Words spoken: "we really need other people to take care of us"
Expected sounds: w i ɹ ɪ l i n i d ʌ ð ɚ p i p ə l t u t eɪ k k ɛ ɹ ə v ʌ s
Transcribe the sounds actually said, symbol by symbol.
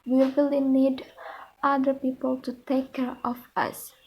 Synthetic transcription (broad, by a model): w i w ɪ l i n i d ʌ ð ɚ p i p ə l t u t eɪ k k ɛ ɹ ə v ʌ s